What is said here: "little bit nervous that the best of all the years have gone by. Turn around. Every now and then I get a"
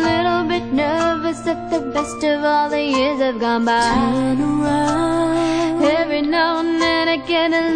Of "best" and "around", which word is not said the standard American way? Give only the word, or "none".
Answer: around